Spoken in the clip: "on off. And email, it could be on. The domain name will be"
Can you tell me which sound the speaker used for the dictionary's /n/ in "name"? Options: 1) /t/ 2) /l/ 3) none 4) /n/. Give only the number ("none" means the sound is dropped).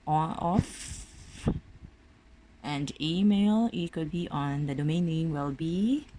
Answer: 2